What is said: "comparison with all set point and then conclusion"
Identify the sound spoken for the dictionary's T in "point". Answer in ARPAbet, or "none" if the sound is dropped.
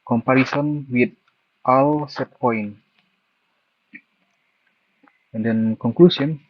none